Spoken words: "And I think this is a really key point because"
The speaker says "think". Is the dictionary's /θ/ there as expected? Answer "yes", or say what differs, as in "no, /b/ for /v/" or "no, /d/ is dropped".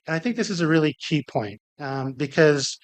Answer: yes